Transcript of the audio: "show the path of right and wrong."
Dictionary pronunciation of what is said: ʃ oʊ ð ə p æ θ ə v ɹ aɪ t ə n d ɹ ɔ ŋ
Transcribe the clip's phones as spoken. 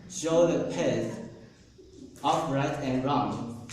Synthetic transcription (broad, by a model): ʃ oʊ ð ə p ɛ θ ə f ɹ aɪ t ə n ɹ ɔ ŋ